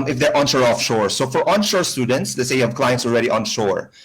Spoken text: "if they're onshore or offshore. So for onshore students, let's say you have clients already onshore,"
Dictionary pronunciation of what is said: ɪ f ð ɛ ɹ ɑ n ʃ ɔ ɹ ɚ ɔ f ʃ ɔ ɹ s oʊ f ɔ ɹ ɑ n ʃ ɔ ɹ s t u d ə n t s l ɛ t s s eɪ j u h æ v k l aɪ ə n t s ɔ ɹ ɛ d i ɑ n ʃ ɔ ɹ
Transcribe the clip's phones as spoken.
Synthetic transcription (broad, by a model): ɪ f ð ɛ ɹ ɑ n ʃ ɔ ɹ ɔ f ʃ ɔ ɹ s oʊ f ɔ ɹ ɑ n ʃ ɔ ɹ s t u d ə n t s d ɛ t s s eɪ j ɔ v k l aɪ ə n t s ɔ l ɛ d i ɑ n ʃ ɔ ɹ